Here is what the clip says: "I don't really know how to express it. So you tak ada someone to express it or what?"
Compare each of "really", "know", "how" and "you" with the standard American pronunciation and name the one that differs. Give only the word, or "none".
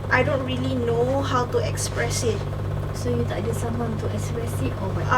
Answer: none